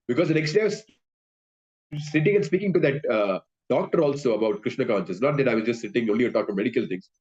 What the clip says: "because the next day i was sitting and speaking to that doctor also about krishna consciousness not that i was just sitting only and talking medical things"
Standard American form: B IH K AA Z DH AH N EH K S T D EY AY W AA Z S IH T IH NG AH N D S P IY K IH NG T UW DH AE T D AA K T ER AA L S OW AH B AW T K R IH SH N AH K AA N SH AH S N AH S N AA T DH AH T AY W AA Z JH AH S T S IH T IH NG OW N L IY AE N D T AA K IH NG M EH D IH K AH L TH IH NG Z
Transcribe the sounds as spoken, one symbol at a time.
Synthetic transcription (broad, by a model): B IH K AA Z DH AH N EH K S T D EY AY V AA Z S IH T IH NG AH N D S P IY K IH NG T UW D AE T D AA K T ER AA L S OW AH B AW T K R IH SH N AH K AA N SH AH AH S N AA T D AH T AY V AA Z JH AH S T S IH T IH NG OW N L IY T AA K M EH D IH K AH L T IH NG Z